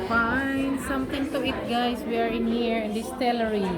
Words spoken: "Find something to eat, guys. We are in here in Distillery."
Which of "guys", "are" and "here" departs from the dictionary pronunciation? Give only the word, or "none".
guys